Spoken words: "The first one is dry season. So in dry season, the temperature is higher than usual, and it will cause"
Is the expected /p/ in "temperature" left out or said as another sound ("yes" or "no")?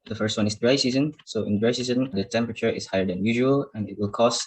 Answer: no